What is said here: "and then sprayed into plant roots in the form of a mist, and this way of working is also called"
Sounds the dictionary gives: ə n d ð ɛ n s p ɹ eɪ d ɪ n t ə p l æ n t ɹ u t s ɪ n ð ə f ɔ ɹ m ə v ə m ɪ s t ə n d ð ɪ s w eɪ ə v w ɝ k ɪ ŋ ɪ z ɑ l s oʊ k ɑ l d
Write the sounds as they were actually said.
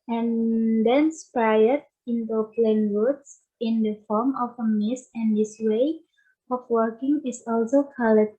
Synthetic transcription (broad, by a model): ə n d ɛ n s p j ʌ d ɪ n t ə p l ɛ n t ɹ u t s ɪ n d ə f ɔ ɹ m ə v ə m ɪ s ə n d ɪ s w eɪ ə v w ɝ k ɪ ŋ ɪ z ɑ l s oʊ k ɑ l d